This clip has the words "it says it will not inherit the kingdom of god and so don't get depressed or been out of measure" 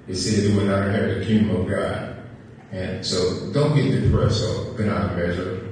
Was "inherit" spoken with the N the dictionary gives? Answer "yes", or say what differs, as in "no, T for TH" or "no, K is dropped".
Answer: no, N is dropped